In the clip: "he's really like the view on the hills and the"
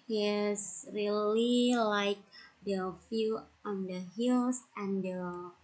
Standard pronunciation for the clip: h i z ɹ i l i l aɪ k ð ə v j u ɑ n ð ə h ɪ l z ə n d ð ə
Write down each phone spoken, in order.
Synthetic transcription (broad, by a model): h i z ɹ i l i l aɪ k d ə f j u ɑ n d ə h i l s ə n d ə